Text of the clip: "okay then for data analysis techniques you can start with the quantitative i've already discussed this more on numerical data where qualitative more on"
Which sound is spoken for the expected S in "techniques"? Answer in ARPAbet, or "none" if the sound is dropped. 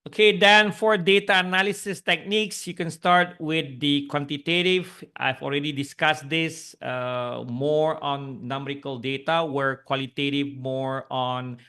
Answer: S